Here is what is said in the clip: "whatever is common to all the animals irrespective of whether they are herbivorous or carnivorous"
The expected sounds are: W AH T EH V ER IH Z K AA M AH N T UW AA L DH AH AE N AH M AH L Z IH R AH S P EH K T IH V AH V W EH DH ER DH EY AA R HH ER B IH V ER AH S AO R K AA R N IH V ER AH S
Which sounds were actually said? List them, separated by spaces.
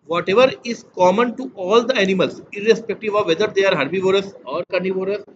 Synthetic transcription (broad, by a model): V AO T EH V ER IH Z K AA M AH N T UW AA L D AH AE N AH M AH L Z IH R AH S P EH K T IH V AH V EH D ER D EY AA R HH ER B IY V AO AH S AO R K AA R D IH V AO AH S